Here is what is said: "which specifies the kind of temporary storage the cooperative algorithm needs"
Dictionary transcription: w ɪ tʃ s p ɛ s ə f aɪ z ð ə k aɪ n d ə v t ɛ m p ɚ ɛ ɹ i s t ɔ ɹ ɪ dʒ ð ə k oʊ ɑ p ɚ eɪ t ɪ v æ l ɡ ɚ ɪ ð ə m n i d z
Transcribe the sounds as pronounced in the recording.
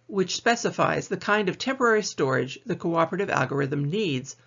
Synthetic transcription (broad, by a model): w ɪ tʃ s p ɛ s ə f aɪ z ð ə k aɪ n d ə v t ɛ m p ɚ ɛ ɹ i s t ɔ ɹ ɪ dʒ ð ə k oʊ ɑ p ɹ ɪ t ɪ v æ l ɡ ɚ ɪ ð ə m n i d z